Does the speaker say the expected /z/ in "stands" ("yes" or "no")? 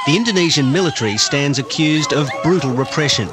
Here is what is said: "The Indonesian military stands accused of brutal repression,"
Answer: yes